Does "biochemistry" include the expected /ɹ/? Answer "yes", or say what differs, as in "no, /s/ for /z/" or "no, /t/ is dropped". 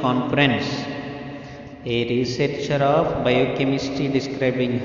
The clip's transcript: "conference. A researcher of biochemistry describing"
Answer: no, /ɹ/ is dropped